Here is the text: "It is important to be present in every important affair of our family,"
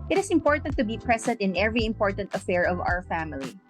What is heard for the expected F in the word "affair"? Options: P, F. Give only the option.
F